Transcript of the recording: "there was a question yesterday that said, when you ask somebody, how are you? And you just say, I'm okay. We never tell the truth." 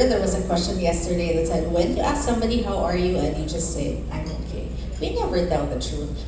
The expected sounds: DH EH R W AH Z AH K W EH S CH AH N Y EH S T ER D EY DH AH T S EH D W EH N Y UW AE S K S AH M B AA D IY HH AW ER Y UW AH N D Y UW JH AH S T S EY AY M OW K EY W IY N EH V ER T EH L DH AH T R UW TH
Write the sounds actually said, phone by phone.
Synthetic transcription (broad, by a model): DH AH R W AH Z AH K W EH S CH AH N Y EH S T ER D EY DH AH T S EH D W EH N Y AE S K S AH M B AA D IY HH AW ER Y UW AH N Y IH JH AH S T S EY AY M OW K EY W IY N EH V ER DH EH N DH AH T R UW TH